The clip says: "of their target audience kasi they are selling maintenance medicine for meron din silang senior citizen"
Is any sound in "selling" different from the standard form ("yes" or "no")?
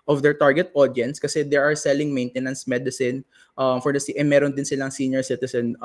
no